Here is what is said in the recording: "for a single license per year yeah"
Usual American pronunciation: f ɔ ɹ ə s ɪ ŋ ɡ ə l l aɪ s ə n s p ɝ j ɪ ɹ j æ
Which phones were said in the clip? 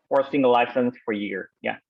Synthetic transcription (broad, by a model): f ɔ ɹ s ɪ ŋ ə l l aɪ s ə n s f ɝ j ɪ ɹ j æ